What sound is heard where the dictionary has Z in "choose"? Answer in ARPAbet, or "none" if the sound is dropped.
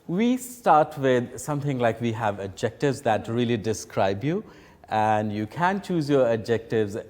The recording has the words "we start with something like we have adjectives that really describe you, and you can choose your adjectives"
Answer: Z